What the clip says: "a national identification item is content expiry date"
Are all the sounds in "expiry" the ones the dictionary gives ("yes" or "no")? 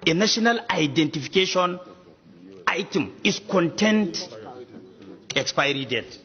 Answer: yes